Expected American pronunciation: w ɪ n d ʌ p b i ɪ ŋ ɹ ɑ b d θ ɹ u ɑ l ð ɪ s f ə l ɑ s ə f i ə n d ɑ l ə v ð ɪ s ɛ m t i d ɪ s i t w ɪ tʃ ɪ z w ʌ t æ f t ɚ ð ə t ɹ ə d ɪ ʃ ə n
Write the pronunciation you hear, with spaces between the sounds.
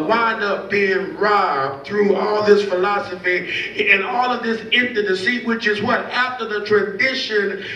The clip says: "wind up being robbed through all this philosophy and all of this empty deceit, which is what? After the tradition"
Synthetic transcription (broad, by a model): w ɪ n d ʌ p b i ɪ ŋ ɹ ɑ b θ ɹ u ɑ l ð ɪ s f ə l ɑ s ə f i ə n ɑ l ə v ð ɪ s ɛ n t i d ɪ s i w ɪ tʃ ɪ z w ʌ t æ f t ɚ ð ə t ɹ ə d ɪ ʃ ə n